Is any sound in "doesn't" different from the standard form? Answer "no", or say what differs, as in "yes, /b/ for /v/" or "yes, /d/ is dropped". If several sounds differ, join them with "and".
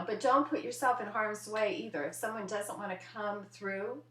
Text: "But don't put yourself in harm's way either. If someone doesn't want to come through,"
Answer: no